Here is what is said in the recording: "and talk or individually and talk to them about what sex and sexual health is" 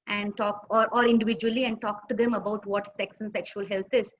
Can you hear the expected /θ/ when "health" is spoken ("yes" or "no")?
no